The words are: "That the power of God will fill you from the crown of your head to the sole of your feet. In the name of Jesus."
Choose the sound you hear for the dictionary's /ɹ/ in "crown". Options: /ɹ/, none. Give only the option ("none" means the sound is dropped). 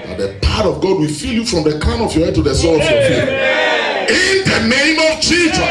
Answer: none